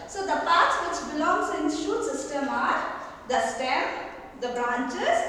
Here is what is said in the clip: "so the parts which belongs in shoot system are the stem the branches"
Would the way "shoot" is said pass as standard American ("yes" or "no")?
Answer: yes